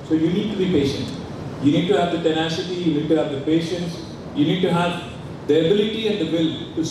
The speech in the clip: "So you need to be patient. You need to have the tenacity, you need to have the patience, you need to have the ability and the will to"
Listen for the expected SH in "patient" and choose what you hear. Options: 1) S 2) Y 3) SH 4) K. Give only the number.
3